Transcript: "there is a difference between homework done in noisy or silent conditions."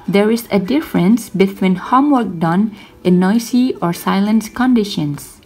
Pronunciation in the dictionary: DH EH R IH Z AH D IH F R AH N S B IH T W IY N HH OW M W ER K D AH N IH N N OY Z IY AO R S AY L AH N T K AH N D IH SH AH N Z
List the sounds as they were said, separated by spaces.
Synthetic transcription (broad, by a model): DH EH R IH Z AH D IH F R AH N S B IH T W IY N HH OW M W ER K D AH N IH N N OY S IY AO R S AY L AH N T K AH N D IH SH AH N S